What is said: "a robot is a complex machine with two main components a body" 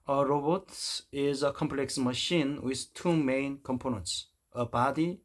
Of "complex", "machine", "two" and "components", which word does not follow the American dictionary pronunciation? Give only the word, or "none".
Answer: none